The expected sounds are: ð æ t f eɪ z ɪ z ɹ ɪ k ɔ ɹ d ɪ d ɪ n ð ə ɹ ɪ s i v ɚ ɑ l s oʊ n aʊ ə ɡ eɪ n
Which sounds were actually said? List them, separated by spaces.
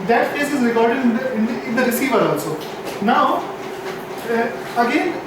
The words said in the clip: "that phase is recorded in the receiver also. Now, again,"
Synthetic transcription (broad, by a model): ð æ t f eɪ s ɪ z ɹ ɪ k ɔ ɹ d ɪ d ɪ n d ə ɹ ɪ s i v ɚ ɑ l s oʊ n aʊ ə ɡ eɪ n